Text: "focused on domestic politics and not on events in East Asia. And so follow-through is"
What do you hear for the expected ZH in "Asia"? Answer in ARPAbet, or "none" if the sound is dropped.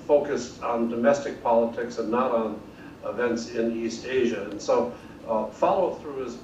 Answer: ZH